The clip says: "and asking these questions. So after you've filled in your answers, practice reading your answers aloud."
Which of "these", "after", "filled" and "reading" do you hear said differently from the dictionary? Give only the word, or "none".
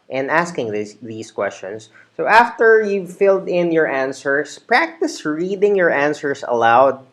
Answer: these